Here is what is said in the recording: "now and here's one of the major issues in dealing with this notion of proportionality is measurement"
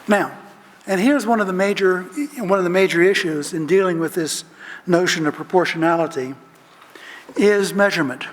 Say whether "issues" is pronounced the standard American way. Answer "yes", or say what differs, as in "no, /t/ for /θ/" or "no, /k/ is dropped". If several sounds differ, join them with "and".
yes